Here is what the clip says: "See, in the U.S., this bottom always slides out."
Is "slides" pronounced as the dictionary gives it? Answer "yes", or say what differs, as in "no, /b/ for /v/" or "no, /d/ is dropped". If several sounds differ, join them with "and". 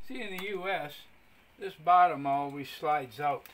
yes